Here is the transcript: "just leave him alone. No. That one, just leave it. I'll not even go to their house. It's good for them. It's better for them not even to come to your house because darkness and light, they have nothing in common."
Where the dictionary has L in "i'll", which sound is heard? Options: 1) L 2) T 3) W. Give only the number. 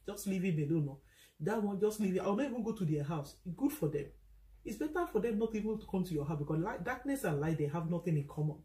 3